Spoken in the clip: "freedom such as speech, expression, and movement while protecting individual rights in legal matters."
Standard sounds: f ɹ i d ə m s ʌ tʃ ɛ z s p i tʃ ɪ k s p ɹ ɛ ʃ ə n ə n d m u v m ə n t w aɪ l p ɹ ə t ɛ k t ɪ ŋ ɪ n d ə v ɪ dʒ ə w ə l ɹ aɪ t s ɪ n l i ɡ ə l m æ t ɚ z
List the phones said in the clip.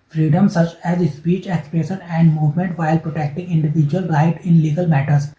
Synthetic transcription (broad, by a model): f ɹ i d ə m s ʌ tʃ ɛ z s p i tʃ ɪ k s p ɹ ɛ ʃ ə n ə n d m u v m ə n t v aɪ l p ɹ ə t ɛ k t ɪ ŋ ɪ n d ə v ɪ dʒ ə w ə l ɹ aɪ t ɪ n l i ɡ ə l m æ t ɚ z